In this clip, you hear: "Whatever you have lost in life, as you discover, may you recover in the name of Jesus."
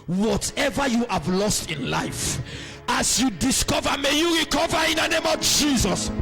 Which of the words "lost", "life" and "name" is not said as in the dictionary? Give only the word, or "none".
none